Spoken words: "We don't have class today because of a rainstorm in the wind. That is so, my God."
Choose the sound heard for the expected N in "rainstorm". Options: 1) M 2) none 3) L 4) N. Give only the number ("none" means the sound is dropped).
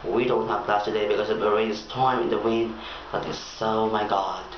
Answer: 2